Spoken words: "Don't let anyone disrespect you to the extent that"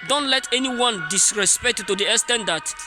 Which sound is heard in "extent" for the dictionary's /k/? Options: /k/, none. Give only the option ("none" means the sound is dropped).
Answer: none